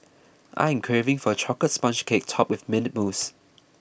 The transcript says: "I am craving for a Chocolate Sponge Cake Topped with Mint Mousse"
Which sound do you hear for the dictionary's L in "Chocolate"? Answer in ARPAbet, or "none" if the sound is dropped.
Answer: none